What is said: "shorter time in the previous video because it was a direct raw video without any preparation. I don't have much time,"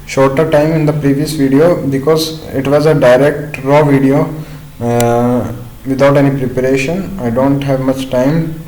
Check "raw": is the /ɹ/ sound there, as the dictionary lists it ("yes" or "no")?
yes